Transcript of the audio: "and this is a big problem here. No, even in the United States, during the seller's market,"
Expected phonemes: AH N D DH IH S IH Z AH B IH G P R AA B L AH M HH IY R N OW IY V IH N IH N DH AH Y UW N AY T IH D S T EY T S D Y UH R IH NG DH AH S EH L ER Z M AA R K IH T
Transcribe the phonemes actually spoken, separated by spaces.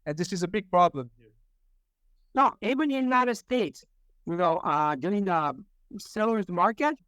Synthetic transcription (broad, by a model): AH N DH IH S IH Z AH B IH G P R AA B L AH M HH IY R N OW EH IH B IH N DH AH Y UW N AY T IH D S T EY T S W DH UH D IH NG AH S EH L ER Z M AA R K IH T